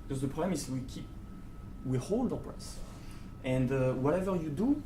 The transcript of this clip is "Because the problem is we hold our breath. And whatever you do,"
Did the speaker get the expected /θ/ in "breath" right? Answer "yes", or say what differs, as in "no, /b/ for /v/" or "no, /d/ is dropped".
no, /s/ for /θ/